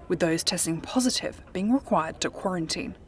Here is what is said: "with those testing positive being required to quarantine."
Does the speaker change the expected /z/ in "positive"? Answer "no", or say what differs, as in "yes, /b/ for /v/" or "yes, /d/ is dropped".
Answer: no